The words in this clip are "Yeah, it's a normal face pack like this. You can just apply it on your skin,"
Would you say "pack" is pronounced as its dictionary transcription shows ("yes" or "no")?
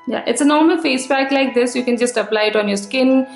no